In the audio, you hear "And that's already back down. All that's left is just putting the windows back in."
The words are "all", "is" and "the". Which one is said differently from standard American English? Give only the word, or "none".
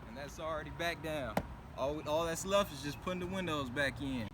none